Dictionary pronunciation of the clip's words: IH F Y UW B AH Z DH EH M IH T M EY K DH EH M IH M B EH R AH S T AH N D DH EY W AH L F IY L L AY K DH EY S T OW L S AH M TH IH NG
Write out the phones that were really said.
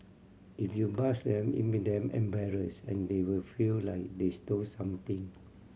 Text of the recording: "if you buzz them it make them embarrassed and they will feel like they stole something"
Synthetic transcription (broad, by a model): IH F Y UW B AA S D EH M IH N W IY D EH M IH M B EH R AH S AH N D EY W AH L F IY L L AY K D EY S T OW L S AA M T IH NG